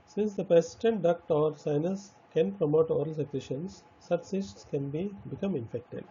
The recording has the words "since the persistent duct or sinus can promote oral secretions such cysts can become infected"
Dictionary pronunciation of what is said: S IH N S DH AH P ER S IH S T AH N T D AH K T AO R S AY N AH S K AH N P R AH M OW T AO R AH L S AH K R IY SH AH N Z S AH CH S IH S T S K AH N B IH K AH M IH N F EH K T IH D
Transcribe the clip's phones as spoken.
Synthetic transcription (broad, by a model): S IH N S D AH P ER S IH S T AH N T D AH K T AO R S AY N AH S K AH N P R AH M OW T AO R AH L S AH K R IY SH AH N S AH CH S IH S T S K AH N B IH K AH M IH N F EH K T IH D